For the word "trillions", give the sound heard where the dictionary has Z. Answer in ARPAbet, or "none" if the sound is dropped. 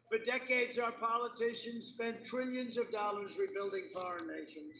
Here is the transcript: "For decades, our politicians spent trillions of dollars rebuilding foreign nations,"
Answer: Z